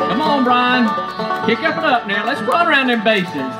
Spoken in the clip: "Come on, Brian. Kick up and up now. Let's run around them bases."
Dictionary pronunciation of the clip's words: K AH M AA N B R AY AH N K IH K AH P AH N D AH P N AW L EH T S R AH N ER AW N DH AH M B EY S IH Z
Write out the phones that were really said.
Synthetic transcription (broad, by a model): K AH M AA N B R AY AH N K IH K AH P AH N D AH P N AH L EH T S W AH ER AW N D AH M B EY S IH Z